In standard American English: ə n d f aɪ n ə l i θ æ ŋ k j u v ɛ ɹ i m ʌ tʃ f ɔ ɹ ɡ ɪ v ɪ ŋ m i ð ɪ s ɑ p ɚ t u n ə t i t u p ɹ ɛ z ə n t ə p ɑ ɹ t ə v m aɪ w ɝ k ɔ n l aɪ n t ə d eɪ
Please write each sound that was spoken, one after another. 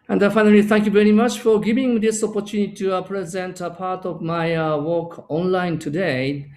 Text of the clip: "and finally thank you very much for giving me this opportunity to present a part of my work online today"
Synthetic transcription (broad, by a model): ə n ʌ f aɪ n ə l i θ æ ŋ k j u v ɛ ɹ i m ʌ tʃ f ɔ ɹ ɡ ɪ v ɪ ŋ m i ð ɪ s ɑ p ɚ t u n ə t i t u p ɹ ɛ z ə n t ə p ɑ ɹ t ə v m aɪ w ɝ k ɔ n l aɪ n t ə d eɪ